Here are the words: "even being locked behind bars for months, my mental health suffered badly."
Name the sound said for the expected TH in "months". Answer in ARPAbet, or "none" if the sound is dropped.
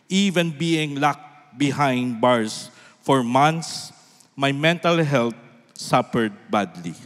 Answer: T